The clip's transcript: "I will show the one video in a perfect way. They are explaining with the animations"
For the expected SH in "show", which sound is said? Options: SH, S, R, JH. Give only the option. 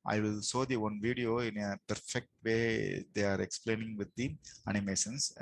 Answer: S